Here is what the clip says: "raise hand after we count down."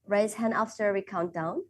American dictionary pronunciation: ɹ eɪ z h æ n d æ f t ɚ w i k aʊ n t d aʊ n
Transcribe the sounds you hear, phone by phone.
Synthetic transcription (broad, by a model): ɹ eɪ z h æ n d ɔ f s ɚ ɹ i k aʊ n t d aʊ n